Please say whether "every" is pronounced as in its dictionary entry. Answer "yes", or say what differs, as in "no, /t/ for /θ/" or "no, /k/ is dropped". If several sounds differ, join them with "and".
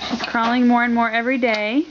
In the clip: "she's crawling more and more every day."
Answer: yes